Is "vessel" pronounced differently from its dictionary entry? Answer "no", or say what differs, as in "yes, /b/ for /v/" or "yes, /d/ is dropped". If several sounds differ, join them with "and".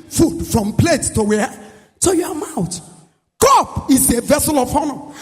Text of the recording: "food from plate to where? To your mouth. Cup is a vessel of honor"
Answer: no